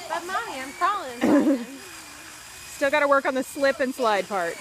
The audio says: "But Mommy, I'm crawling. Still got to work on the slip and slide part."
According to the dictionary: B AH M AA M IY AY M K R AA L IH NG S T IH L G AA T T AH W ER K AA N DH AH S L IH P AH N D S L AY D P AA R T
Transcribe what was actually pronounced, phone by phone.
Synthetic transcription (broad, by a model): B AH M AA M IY AY M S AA L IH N S T IH L G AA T T AH W ER K N DH AH S L IH P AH N S L AY D P AA R T